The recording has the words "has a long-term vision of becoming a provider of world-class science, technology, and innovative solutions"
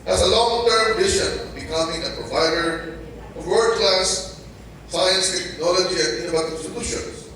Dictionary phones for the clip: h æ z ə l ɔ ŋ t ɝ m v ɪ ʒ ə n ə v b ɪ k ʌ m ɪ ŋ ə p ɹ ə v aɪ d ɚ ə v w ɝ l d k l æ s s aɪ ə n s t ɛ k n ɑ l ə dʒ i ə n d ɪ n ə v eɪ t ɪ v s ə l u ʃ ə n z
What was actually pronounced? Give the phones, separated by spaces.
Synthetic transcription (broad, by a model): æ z ə l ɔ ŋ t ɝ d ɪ ʃ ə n b ɪ k ʌ m ɪ ŋ ə p ɹ ə v aɪ d ɚ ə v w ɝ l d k l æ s s aɪ ə n s t ɛ k n ɑ l ə dʒ i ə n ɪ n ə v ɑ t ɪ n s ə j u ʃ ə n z